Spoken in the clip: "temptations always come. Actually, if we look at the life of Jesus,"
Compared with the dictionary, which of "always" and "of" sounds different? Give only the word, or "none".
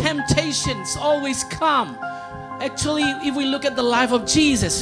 none